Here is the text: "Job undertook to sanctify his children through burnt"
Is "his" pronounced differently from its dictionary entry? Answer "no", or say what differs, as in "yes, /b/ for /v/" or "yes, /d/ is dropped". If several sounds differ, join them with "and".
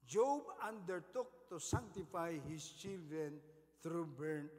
yes, /s/ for /z/